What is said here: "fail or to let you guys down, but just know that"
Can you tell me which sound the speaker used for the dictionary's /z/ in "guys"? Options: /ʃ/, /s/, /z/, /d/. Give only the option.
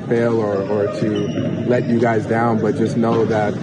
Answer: /z/